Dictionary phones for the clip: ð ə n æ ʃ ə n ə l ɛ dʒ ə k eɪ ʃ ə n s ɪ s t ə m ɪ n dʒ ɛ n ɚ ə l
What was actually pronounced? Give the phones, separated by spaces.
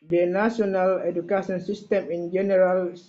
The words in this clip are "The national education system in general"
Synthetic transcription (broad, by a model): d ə n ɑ s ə n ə l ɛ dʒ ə k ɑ s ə n s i s t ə m ɪ n dʒ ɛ n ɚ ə l